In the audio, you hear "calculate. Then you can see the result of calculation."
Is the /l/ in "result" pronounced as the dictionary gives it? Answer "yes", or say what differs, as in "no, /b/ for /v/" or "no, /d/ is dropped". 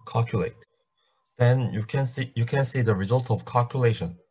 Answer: yes